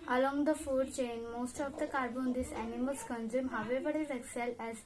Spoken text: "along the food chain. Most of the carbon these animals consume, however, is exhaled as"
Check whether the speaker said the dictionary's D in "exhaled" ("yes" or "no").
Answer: no